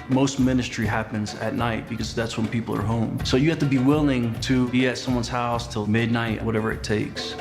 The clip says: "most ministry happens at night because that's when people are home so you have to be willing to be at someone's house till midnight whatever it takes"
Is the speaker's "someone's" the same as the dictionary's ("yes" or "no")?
yes